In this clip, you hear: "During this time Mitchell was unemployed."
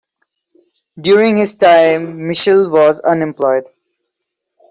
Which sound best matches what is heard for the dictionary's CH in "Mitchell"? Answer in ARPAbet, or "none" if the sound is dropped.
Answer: SH